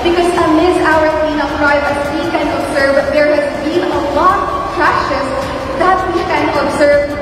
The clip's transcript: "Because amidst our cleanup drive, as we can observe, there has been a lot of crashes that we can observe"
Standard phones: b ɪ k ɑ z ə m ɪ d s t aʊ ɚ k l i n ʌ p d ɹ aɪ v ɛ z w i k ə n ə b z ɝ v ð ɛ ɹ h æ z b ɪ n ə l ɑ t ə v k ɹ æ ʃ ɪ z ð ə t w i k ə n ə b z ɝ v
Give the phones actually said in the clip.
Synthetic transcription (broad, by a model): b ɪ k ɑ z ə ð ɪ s aʊ ɚ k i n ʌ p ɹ aɪ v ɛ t w i k ə n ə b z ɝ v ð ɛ ɹ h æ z b ɪ n ə l ɑ t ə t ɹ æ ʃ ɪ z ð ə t w i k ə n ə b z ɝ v